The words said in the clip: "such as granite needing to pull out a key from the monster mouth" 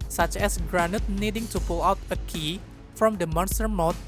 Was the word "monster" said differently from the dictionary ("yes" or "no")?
no